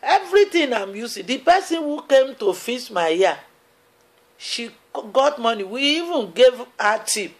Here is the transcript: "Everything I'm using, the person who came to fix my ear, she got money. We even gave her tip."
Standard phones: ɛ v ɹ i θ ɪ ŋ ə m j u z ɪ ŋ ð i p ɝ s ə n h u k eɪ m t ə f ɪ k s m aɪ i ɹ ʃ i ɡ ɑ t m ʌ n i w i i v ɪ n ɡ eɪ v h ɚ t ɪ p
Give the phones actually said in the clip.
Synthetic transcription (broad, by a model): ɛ v ɹ i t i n ə m j u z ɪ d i p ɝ s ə n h u k eɪ m t ə f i s m aɪ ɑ ʃ i ɡ ɑ t m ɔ n i w i i v ɪ n ɡ eɪ v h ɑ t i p